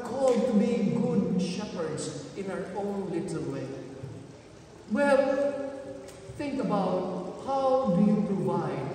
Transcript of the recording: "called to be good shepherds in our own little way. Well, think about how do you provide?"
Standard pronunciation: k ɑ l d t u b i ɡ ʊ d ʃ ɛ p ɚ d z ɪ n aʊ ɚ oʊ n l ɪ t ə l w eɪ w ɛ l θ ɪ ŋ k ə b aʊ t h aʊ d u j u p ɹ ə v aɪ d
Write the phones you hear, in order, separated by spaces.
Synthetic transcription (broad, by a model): k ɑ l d t u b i ɡ ʊ d ʃ ɛ p ɚ d z ɪ n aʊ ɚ oʊ n l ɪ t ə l w eɪ w ɛ l θ ɪ ŋ k ə b aʊ t h aʊ d u j u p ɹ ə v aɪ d